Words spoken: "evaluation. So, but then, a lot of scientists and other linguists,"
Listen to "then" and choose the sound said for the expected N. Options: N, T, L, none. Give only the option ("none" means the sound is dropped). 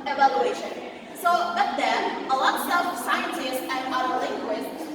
none